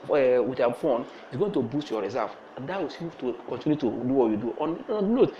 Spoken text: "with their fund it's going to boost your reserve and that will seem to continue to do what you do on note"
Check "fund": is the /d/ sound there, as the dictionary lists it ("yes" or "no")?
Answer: no